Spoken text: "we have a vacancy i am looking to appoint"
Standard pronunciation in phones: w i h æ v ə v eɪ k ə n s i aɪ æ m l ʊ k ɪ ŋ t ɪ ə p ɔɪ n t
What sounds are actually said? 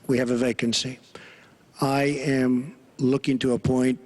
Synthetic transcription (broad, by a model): w i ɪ v ə v eɪ k ə n s i aɪ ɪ m l ʊ k ɪ ŋ t ɪ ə p ɔɪ n t